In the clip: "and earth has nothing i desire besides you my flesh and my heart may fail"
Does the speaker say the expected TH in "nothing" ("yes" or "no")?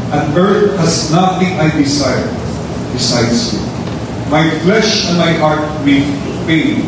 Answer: no